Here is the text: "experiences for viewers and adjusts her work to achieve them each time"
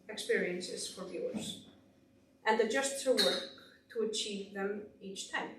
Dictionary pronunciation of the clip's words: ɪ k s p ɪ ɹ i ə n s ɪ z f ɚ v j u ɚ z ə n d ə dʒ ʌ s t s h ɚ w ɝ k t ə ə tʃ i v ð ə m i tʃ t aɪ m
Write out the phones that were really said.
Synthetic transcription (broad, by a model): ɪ k s p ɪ ɹ i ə n s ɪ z f ɚ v j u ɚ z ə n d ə dʒ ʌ s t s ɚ w ɝ k t ə ə tʃ i v ð ə m i tʃ t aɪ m